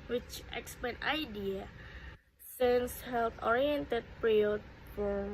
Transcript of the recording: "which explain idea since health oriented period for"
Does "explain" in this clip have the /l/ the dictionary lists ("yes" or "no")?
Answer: no